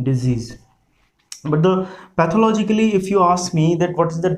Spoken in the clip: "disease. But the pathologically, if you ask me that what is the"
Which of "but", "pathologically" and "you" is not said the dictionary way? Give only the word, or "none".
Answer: pathologically